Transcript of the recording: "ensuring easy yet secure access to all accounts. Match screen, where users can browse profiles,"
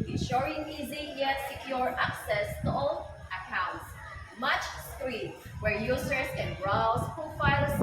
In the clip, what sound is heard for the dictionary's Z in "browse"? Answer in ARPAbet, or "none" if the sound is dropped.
S